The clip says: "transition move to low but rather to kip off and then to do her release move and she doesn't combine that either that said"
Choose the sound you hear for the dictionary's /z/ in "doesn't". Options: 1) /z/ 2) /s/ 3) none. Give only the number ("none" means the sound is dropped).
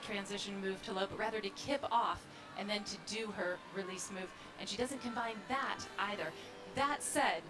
1